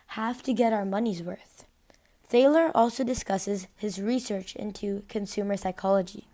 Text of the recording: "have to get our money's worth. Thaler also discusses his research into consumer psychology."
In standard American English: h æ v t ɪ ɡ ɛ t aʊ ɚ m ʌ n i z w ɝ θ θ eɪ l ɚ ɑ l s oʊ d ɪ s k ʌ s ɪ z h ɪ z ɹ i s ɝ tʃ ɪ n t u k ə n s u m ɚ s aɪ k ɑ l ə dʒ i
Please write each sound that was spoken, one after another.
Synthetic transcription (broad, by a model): h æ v t ɪ ɡ ɛ t aʊ ɚ m ʌ n i z w ɝ θ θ eɪ l ɚ ɑ l s oʊ d ɪ s k ʌ s ɪ z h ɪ z ɹ i s ɝ tʃ ɪ n t u k ə n s u m ɚ s aɪ k ɑ l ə dʒ i